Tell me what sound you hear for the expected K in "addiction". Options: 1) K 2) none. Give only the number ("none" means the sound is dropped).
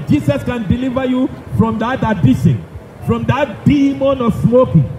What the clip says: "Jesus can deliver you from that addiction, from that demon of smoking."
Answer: 2